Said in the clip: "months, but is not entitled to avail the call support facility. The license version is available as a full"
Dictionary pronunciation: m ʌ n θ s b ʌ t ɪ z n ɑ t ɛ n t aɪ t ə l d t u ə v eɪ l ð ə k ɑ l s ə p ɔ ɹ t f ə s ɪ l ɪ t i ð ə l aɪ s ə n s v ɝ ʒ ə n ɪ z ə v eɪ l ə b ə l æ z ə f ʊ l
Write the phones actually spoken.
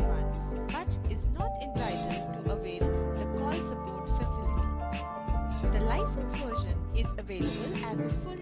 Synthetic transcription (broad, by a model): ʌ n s b ʌ t ɪ z n ɑ t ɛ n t aɪ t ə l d t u ə v eɪ l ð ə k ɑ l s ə b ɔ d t f ə s ɪ l ɪ t i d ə l aɪ s ə n s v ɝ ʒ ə n ɪ z ə v eɪ l ə b ə l æ z ə f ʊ l